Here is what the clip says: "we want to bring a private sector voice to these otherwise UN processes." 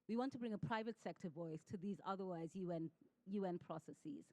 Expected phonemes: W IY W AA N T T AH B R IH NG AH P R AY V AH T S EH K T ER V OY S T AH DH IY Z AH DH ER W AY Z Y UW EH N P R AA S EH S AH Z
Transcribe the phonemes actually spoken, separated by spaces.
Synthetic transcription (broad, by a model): W IY W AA N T T AH B R IH NG AH P R AY V AH T S EH K T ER V OY S T AH DH IY Z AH DH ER W AY Z Y UW EH N P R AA S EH S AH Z